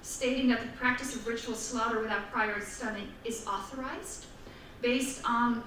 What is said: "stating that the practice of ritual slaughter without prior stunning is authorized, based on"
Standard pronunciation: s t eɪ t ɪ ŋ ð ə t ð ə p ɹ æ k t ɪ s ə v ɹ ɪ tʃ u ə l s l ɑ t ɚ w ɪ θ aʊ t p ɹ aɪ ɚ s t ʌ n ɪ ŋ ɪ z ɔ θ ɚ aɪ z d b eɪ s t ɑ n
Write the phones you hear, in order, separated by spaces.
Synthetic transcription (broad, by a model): s t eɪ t ɪ ŋ ð ə t ð ə p ɹ æ k t ɪ s ə v ɹ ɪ tʃ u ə l s l ɑ t ɚ w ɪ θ aʊ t p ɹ aɪ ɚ s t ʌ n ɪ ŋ ɪ z ɔ θ ɚ aɪ z d b eɪ s t n